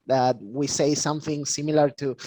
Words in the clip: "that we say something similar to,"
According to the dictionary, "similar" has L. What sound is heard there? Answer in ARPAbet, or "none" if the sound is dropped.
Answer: L